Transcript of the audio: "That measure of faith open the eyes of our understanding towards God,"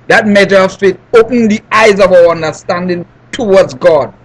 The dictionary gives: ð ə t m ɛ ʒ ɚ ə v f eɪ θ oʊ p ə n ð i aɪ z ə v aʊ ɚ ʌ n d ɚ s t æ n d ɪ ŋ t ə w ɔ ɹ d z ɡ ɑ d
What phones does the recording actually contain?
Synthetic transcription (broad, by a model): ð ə t m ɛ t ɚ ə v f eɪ t oʊ p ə n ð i aɪ z ə v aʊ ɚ ʌ n d ɚ s t æ n d ɪ ŋ t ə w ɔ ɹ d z ɡ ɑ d